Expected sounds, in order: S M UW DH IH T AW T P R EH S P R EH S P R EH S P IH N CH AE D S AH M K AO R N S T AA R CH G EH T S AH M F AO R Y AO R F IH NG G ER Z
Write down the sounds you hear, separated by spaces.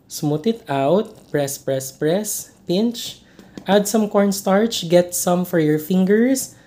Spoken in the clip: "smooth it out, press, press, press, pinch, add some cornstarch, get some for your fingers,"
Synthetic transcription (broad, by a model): S M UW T IH T AW T P R EH S P R EH S P R EH S P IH N CH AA D S AH M K AO R N S T AA R CH G EH T S AH M F AO R Y AO R F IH NG G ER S